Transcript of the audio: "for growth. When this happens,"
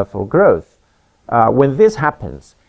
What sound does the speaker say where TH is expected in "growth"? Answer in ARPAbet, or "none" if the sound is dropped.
TH